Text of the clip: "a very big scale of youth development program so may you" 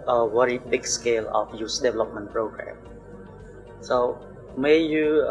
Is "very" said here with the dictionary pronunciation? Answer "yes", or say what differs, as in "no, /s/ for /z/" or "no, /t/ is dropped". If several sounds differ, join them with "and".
no, /w/ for /v/